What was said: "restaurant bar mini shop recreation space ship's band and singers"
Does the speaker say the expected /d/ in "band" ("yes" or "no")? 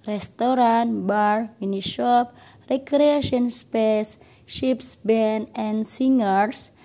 no